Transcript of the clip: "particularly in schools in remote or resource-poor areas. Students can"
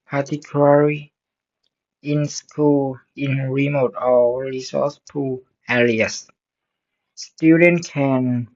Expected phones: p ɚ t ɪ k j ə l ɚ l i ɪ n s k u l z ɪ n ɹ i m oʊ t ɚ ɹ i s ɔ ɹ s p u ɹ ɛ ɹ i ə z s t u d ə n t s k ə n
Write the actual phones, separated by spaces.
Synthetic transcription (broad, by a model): p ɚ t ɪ k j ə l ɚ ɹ i ɪ n s k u l ɪ n ɹ i m oʊ t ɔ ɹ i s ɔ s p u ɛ l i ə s s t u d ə n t k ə n